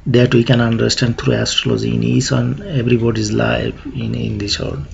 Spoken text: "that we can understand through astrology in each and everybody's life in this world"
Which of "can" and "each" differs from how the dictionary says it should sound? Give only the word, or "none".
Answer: each